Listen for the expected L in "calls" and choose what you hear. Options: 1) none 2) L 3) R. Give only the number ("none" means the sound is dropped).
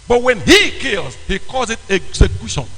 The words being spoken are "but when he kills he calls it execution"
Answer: 1